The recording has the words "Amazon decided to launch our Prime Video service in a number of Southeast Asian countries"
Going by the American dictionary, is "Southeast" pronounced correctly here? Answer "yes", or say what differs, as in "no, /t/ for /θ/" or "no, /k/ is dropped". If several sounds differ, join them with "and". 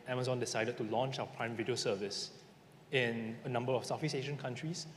no, /f/ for /θ/ and /t/ is dropped